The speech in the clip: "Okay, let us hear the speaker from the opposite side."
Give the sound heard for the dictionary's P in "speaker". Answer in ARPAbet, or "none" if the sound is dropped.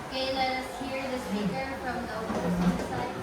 B